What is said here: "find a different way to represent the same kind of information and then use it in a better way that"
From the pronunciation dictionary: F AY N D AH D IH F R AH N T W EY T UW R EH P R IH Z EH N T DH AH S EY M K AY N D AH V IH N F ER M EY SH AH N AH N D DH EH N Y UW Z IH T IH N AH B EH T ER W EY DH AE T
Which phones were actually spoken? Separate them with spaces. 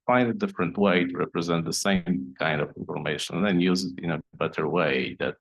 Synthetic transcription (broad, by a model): F AY N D AH D IH F R AH N T W EY T UW R EH P R IH Z EH N T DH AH S EY M K AY N D AH V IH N F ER M EY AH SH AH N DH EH N Y UW Z IH T IH N AH B EH T ER W EY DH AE T